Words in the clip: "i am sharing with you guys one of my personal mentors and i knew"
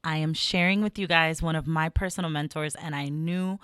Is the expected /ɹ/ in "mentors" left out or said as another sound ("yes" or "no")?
no